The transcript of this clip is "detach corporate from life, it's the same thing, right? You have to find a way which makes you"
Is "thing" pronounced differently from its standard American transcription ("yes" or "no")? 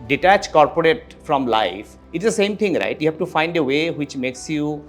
yes